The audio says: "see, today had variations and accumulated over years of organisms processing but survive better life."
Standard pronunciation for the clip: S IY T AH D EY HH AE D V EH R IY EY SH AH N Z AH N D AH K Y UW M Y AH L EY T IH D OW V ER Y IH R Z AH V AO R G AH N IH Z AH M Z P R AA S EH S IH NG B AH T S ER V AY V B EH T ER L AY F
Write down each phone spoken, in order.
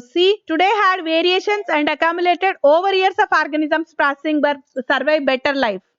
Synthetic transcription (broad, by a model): S IY T AH D EY HH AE D V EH R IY EY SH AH N S AH N D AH K Y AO M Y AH L EY T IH D OW V ER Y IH R S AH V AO R G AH N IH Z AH M S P R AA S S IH NG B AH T S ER V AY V B EH T ER L AY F